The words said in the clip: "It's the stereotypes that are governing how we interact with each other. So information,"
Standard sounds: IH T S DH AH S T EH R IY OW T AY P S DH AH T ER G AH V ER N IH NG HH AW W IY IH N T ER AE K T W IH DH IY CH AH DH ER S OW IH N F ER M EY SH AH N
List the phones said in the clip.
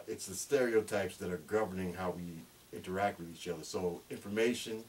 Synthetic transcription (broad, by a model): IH T S DH AH S T EH R IY OW T AY P S DH AH T ER G AH V ER N IH NG HH AW W IY IH N T ER AE K T W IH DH IY CH AH DH ER S OW IH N F ER M EY SH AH N